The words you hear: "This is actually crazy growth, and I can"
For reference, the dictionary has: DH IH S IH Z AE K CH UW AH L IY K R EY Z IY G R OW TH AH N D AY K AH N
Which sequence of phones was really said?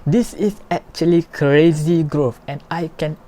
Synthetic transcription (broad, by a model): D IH S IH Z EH K CH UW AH L IY K R EY Z IY G R OW F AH N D AY K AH N